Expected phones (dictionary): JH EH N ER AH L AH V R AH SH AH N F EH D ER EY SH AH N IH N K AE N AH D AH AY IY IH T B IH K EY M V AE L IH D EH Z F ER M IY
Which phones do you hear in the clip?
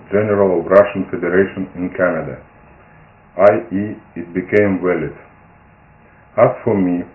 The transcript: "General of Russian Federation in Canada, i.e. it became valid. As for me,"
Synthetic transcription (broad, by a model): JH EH N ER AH L AH V R AH SH AH N F EH D ER EY SH AH N IH N K AE N AH D AH AY IY IH T B IH K EY M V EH L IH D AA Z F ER M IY